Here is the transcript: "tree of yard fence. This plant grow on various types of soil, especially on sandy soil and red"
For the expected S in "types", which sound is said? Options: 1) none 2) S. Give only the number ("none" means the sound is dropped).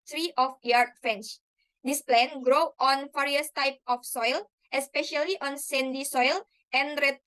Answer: 1